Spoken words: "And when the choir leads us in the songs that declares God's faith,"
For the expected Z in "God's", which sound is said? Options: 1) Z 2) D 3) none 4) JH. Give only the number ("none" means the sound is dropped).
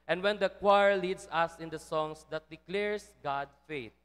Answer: 3